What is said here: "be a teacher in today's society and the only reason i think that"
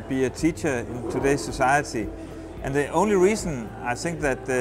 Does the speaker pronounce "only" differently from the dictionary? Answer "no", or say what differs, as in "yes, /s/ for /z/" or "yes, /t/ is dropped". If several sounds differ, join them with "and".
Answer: no